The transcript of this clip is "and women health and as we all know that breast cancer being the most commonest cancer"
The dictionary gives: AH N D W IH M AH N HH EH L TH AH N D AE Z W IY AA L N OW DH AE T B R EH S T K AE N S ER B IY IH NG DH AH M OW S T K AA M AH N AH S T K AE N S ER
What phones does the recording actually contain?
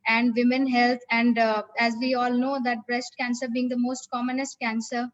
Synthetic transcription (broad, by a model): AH N D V IH M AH N HH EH L T AH N D AE Z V IY AA L N OW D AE T B R EH S T K AE N S ER B IY IH NG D AH M OW S T K AA M AH N AH S T K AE N S ER